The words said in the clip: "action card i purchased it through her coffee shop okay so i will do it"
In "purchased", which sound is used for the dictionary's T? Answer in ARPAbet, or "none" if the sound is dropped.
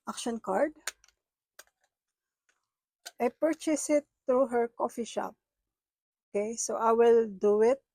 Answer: none